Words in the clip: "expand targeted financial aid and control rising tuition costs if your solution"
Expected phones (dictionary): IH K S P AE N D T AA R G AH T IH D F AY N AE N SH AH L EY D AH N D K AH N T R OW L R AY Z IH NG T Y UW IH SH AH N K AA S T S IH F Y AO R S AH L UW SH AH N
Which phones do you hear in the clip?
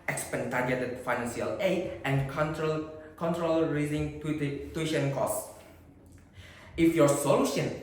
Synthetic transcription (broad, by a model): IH K S P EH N T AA R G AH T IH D F AY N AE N S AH L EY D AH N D K AH N T R OW L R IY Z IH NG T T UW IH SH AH N K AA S S IH F Y AO R S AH L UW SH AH N